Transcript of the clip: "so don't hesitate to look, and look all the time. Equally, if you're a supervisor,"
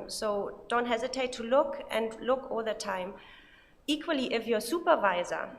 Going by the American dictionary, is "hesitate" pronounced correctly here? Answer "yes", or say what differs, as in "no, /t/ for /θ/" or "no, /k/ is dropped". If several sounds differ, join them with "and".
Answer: yes